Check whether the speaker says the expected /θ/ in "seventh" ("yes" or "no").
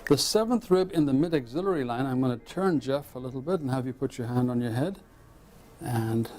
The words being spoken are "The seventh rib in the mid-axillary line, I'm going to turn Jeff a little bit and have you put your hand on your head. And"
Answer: yes